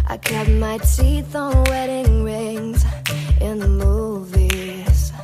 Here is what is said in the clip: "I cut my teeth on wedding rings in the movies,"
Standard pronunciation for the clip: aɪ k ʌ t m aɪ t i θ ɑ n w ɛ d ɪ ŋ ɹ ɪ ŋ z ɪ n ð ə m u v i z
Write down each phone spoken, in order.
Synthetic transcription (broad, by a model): aɪ k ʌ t m aɪ t i θ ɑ n w ɛ d ɪ ŋ ɹ ɪ ŋ z ɪ n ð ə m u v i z